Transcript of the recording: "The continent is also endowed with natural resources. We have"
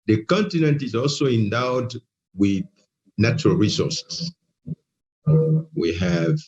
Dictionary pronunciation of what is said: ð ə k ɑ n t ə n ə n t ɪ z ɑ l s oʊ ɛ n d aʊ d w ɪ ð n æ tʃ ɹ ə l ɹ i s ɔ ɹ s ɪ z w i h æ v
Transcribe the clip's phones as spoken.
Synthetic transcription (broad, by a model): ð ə k ɑ n t ə n ə n t ɪ z ɑ l s oʊ ɛ n d aʊ d w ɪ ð n æ tʃ ɹ ə l ɹ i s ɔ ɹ s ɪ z w i h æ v